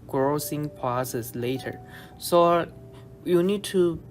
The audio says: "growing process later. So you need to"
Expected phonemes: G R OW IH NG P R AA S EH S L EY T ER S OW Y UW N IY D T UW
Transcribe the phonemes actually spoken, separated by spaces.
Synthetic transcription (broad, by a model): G R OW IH NG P AA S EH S L EY T ER S OW Y UW N IY D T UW